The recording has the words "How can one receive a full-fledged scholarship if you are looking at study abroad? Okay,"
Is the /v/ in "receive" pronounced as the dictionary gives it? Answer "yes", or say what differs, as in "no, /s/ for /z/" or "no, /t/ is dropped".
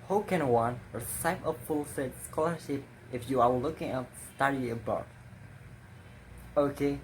no, /p/ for /v/